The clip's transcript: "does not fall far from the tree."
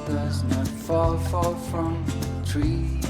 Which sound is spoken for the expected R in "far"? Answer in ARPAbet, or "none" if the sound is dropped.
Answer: L